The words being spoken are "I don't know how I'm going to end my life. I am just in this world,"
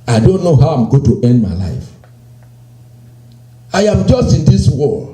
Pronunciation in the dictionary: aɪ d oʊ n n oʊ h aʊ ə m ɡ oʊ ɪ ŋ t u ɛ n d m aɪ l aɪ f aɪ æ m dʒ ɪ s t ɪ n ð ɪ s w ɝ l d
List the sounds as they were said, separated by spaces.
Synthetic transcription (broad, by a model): aɪ d oʊ n n oʊ h aʊ ə m ɡ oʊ t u ɛ n d m aɪ l aɪ f aɪ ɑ m dʒ ɪ s t ɪ n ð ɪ s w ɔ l